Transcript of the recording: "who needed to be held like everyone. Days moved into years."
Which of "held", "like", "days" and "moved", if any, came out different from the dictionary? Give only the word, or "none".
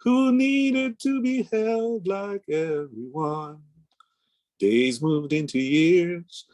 none